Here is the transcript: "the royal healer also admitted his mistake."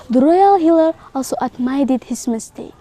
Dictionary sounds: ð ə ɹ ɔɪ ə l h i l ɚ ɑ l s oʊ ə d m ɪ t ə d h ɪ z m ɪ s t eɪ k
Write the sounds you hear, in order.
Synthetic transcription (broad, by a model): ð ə ɹ ɔɪ ə l h i l ɚ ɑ l s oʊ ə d m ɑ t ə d h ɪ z m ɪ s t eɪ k